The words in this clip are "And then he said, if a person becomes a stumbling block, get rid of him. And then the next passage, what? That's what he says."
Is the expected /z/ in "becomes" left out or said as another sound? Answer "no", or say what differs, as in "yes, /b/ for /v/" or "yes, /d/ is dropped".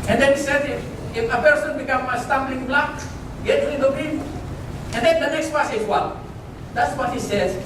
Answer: yes, /z/ is dropped